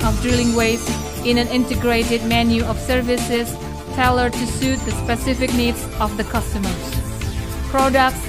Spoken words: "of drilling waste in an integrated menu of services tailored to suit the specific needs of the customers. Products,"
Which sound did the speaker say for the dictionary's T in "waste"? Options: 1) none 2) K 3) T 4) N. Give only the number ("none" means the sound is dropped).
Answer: 1